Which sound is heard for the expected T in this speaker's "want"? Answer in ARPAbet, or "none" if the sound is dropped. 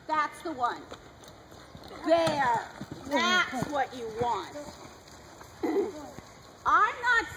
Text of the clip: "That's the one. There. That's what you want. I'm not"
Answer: T